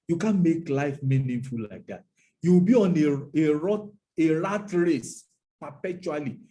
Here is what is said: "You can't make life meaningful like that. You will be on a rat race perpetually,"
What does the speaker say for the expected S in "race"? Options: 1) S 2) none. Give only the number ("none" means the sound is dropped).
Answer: 1